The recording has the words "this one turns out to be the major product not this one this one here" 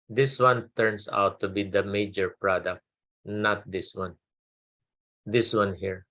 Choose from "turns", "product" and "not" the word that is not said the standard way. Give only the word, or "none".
turns